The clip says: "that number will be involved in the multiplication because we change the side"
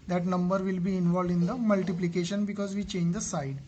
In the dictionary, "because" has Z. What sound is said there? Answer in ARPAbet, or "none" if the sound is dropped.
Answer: Z